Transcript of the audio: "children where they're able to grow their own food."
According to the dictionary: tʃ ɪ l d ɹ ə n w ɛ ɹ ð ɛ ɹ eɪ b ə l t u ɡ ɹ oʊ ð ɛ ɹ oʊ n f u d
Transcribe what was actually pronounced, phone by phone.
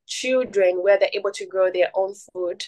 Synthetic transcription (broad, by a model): tʃ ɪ l d ɹ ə n w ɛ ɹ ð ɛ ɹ eɪ b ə l t u ɡ ɹ oʊ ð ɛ ɹ oʊ n f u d